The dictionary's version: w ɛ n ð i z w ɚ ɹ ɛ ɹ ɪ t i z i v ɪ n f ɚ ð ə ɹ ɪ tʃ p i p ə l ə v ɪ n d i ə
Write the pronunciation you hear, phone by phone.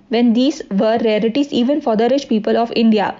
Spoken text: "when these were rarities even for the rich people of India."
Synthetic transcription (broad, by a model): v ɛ n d i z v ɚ ɹ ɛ l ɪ t i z i v ɪ n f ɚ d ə ɹ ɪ ʃ p i p ə l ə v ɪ n d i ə